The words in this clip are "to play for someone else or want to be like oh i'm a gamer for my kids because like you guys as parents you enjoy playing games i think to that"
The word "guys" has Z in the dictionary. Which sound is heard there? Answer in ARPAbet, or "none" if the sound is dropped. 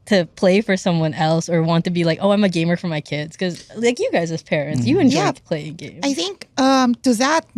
Z